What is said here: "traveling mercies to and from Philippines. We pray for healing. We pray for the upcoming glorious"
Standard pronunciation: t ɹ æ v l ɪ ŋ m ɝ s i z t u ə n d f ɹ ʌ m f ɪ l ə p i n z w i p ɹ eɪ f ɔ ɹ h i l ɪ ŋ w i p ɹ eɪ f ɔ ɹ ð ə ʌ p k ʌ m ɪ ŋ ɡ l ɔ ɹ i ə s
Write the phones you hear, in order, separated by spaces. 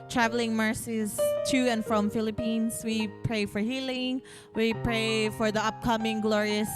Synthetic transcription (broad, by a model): t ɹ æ v l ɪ ŋ m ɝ s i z t u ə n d f ɹ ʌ m f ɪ l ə p i n s w i p ɹ eɪ f ɔ ɹ h i l ɪ ŋ w i p ɹ eɪ f ɔ ɹ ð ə ʌ p k ʌ m ɪ ŋ ɡ l ɔ ɹ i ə s